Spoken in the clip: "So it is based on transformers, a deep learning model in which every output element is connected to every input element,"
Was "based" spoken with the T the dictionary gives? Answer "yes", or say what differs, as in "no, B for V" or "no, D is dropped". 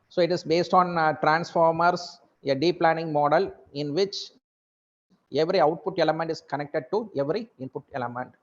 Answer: yes